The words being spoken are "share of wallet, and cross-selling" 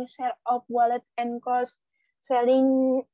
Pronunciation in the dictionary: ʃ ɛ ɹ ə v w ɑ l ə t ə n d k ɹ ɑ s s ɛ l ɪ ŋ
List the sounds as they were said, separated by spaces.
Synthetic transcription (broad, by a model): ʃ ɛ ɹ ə p w ɑ l ə t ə n k ɑ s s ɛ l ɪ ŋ